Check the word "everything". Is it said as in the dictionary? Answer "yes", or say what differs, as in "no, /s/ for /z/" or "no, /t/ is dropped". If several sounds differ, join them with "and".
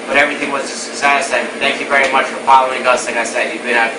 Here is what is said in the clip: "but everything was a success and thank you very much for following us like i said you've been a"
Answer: yes